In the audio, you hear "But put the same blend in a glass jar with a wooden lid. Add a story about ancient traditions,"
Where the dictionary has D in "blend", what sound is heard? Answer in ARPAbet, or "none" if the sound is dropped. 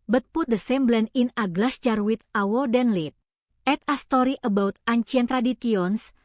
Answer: none